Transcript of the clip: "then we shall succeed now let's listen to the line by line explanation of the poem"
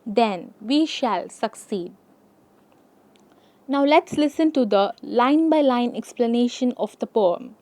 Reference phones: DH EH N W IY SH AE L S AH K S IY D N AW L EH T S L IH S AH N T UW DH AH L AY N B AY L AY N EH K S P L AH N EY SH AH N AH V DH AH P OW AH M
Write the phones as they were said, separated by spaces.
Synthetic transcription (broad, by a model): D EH N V IY SH AE L S AH K S IY D N AW L EH T S L IH S AH N T UW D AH L AY N B AY L AY N EH K S P L AH N EY SH AH N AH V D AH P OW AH M